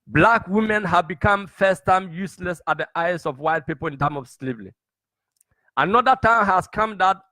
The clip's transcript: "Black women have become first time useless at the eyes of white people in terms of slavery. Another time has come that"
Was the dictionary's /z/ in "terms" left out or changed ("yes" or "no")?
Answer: yes